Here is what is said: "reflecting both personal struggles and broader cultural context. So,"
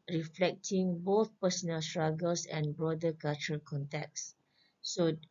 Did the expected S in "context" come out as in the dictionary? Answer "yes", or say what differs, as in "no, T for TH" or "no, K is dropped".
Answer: no, S is dropped